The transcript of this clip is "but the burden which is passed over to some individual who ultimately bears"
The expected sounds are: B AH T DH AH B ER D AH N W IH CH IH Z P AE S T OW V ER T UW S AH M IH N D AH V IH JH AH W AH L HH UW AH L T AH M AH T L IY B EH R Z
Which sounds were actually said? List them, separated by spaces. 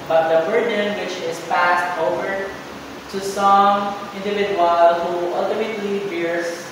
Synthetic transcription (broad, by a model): B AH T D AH B ER D AH N W IH CH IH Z P AE S T OW V ER T UW S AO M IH N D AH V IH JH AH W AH L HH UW AH L T AH M AH T L IY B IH R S